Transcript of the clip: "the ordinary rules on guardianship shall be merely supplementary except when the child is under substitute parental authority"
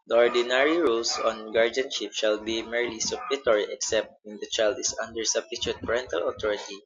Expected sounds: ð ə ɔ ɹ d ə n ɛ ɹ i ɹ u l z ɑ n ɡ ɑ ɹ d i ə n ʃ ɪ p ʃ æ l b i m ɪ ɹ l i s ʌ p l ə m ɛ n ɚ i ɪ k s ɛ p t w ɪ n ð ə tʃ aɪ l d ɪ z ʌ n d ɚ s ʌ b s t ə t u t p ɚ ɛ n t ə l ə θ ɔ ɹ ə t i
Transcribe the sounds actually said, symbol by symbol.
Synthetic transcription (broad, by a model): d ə ɔ ɹ d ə n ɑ ɹ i ɹ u l s ɑ n ɡ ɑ ɹ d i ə n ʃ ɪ p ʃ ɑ l b i m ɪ ɹ l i s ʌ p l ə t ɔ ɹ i ɪ k s ɛ p t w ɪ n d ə tʃ aɪ l d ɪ s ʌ n d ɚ s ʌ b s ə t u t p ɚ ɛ n t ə l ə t ɔ ɹ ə t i